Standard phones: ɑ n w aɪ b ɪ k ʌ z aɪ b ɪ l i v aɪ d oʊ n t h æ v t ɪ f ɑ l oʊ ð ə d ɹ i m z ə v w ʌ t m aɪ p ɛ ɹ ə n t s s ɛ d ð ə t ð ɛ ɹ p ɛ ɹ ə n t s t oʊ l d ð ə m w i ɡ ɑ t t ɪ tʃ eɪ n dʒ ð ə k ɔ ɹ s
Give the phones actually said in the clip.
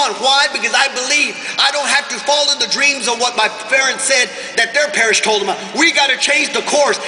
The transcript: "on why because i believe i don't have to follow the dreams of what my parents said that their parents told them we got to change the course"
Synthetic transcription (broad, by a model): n w aɪ b ɪ k ʌ z aɪ b ɪ l i v aɪ d oʊ n t h æ f t ɪ f ɑ l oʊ ð ə d ɹ i m z ə v w ʌ t m aɪ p ɛ ɹ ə n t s s ɛ d ð ə t ð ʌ ɹ p ɛ ɹ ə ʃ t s t oʊ l d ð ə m w i ɡ ɑ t t ɪ tʃ eɪ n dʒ ð ə k ɔ ɹ s